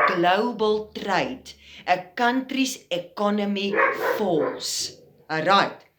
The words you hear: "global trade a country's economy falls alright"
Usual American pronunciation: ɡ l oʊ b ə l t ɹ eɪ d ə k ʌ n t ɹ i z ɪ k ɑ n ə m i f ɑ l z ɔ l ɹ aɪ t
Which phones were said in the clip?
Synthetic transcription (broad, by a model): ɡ l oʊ b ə l t ɹ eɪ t ə k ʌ n t ɹ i s ɪ k ɑ n ə m i f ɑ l s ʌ ɹ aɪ t